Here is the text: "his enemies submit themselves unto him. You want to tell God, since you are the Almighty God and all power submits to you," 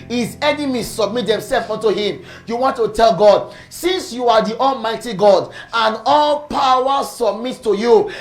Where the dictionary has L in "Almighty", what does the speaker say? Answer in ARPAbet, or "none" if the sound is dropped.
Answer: L